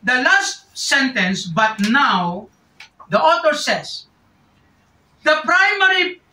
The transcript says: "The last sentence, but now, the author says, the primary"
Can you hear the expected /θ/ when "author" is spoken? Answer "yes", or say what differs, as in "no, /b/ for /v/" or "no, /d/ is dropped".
no, /t/ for /θ/